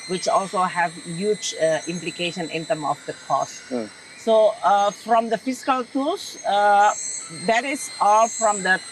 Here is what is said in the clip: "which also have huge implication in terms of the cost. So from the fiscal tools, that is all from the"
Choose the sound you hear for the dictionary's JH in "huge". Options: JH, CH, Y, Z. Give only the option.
JH